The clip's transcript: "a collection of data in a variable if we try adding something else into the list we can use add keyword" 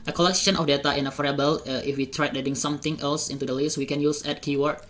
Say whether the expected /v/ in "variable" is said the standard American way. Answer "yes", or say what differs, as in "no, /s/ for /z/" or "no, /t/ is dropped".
no, /f/ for /v/